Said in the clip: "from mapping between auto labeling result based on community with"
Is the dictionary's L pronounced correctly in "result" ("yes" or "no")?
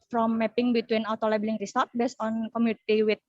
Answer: no